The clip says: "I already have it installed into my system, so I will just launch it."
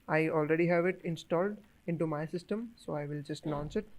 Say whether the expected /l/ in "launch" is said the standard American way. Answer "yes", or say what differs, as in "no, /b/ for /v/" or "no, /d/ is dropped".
no, /n/ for /l/